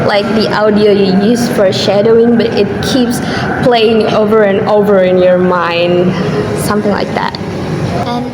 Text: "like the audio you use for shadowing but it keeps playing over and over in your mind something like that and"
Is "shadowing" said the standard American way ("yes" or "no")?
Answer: yes